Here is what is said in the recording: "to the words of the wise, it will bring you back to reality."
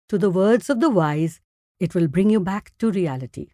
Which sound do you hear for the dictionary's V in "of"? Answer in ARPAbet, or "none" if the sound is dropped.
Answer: V